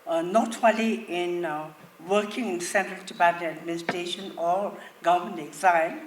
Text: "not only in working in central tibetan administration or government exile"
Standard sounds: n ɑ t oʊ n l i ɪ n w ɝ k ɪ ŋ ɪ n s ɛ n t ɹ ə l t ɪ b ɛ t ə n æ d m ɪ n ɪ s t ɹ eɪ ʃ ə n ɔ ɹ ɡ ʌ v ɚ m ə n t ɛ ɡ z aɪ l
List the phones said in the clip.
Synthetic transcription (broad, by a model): n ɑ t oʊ l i ɪ n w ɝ k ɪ ŋ ɪ n s ɛ n t ɹ ə l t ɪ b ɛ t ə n æ d m ɪ n ɪ s t ɹ eɪ ʃ ə n ɔ ɹ ɡ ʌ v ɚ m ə n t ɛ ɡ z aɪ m